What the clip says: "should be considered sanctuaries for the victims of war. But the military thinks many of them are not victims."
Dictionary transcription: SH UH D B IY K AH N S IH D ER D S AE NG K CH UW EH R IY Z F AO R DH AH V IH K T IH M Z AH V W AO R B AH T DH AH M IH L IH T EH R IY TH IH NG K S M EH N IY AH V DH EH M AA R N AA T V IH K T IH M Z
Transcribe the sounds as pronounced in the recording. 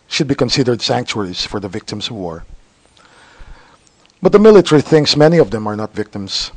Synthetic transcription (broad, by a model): SH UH D B IY K AH N S IH D ER D S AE NG K CH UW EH R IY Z F AO R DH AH V IH K T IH M S AH V W AO R B AH T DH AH M IH L IH T EH R IY TH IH NG S M EH N IY AH V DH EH M AA R N AA T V IH K T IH M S